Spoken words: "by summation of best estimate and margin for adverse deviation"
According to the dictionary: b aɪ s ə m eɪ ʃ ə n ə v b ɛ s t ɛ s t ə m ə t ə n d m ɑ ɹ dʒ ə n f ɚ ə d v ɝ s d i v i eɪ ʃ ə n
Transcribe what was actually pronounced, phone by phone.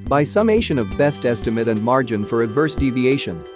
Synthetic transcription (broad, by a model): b aɪ s ə m eɪ ʃ ə n ə v b ɛ s t ɛ s t ə m ə t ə n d m ɑ ɹ dʒ ə n f ɚ ə d v ɝ s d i v i eɪ ʃ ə n